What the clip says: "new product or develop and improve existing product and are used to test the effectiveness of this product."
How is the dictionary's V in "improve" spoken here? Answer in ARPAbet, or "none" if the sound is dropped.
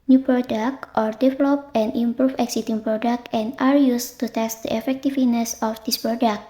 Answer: F